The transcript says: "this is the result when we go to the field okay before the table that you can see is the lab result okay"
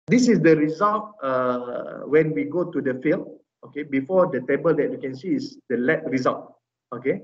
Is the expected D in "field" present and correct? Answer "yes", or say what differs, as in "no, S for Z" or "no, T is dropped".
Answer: no, D is dropped